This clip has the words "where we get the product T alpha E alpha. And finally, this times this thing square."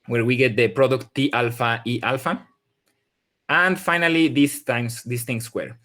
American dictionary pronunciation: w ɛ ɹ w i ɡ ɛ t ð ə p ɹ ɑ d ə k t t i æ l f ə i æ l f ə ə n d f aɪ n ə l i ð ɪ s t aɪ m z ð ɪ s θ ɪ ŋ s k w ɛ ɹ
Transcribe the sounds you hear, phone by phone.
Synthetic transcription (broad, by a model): w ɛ ɹ w i ɡ ɛ t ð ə p ɹ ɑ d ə k t t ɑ l f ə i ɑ l f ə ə n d f aɪ n ə l i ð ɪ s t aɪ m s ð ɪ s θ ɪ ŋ s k w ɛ ɹ